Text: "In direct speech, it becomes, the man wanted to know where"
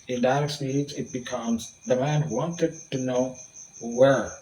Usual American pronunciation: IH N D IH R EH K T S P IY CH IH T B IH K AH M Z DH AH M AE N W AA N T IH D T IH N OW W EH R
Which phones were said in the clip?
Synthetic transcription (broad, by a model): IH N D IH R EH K S IY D IH T B IH K AH M Z DH AH M AE N W AA N T IH D T IH N OW W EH R